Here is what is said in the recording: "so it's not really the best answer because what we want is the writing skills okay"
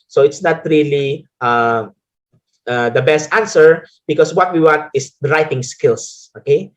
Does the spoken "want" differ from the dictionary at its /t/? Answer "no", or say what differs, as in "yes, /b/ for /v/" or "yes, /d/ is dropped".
no